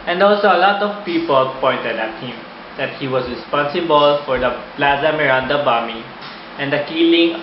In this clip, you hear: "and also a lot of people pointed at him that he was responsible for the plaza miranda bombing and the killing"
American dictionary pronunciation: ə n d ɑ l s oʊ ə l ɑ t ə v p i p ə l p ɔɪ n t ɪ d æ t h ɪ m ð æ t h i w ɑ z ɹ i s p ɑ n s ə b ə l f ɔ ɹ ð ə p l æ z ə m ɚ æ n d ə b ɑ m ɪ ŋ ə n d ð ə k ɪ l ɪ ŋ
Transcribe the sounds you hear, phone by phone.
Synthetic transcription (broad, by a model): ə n d ɑ l s oʊ ə l ɑ t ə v p i p ə l p ɔɪ n t ɪ d æ t h ɪ m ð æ t h i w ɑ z ɹ i s p ɑ n s ə b ə l f ɔ ɹ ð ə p l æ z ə m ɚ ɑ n d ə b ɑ m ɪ ə n d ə k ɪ l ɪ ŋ